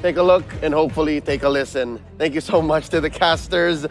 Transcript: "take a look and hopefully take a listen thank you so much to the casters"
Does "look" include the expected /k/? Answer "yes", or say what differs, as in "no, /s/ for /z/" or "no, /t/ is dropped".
yes